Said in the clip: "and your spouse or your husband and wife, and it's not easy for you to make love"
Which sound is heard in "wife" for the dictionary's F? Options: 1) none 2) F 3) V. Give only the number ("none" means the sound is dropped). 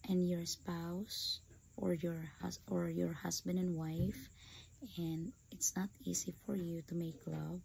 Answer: 2